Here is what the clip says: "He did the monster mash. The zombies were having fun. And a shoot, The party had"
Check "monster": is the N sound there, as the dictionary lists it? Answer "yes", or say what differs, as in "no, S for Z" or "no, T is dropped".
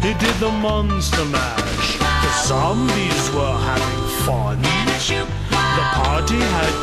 yes